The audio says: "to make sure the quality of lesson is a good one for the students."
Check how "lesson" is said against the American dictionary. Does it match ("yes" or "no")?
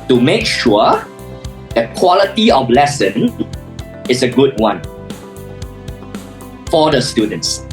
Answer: yes